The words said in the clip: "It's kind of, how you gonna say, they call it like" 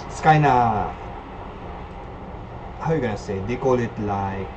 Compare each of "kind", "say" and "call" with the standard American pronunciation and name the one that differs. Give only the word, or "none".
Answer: kind